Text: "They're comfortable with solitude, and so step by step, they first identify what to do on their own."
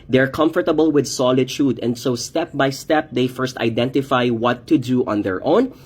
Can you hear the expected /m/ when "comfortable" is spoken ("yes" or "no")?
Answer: yes